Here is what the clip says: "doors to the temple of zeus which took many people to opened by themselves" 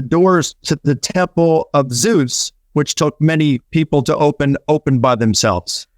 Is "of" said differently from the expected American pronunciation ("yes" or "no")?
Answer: no